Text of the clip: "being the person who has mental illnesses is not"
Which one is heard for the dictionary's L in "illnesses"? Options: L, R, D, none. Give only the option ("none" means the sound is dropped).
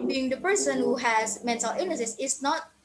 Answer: none